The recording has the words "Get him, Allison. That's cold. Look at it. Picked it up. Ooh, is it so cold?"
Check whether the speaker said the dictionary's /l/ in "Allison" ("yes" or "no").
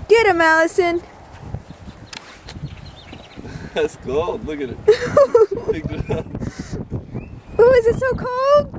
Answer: yes